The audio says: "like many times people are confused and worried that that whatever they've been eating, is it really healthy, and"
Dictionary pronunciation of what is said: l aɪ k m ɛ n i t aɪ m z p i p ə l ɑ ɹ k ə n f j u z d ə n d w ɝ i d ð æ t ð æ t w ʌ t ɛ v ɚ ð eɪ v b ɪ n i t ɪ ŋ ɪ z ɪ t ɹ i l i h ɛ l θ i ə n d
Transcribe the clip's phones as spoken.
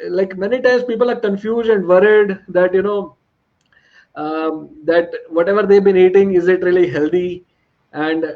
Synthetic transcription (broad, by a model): l aɪ k m ɛ n i t aɪ m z p i p ə l ɑ ɹ k ə n f j u z d ə n d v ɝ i d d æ t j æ t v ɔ t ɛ v ɚ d eɪ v b ɪ n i t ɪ ŋ ɪ z ɪ t ɹ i l i h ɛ l t i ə n d